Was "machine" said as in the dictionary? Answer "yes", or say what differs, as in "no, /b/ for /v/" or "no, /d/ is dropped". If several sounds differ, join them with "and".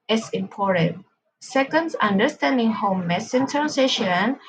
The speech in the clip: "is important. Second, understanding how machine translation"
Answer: no, /s/ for /ʃ/